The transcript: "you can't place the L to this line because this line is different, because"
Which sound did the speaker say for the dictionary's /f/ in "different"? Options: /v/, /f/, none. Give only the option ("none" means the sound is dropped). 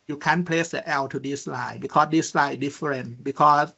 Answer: none